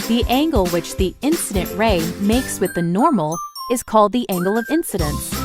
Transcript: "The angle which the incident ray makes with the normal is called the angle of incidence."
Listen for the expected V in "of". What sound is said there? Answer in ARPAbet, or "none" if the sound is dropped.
V